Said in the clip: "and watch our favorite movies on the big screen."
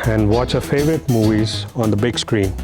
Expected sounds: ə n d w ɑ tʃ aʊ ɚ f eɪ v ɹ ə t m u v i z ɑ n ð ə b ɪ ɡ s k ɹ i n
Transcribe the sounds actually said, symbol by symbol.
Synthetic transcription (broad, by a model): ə n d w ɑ tʃ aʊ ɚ f eɪ v ɹ ə t m u v i z ɑ n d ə b ɪ ɡ s k ɹ i n